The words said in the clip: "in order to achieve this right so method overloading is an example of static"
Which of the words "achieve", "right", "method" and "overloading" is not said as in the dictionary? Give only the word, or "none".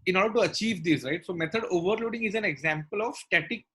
method